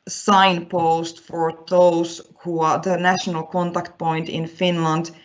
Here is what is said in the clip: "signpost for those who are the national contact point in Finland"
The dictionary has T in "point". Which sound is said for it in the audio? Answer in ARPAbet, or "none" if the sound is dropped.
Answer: T